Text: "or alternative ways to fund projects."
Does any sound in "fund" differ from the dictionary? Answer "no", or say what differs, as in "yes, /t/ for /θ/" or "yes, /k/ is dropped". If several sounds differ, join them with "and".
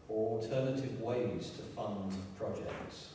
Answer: no